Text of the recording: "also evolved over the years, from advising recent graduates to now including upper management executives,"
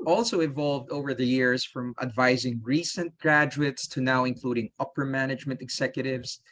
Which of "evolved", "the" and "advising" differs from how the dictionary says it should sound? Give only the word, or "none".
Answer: none